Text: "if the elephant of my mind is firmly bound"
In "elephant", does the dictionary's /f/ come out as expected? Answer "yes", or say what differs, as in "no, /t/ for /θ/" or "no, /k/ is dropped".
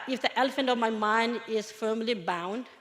yes